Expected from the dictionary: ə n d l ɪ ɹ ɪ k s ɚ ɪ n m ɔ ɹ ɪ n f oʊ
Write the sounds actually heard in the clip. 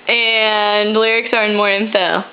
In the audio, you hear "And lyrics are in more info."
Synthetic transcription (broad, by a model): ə n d l ɪ ɹ ɪ k s ɚ ɪ n m ɔ ɹ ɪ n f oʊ